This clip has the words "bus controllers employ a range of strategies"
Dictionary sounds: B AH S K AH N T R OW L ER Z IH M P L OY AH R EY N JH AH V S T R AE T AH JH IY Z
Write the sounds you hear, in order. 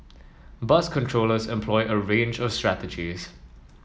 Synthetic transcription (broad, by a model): B AH S K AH N T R OW L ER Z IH M P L OY AH R EY N JH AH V S T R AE T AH JH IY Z